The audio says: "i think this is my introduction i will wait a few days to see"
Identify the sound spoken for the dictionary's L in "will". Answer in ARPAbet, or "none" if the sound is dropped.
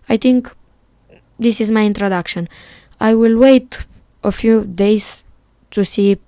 L